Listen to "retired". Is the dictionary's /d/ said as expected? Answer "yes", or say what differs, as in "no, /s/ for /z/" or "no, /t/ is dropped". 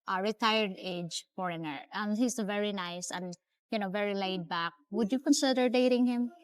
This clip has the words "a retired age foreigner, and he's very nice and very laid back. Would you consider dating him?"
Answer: yes